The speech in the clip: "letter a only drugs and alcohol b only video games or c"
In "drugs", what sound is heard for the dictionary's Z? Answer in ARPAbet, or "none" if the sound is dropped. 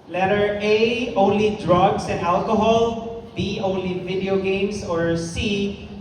S